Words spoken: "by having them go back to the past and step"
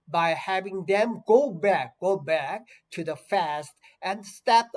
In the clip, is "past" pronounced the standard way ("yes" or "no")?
no